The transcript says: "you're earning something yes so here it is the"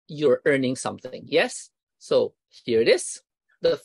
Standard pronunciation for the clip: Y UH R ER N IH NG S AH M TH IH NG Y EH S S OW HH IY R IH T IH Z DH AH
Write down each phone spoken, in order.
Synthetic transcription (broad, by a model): Y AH R ER N IH NG S AH M TH IH NG Y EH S S OW HH IY R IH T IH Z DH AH